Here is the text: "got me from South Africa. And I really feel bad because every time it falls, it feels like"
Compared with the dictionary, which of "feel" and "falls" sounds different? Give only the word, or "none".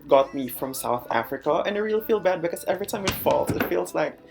falls